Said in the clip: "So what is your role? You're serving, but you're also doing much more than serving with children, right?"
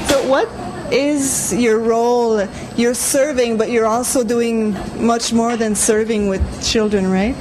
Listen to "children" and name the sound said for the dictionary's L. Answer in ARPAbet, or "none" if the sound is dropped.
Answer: L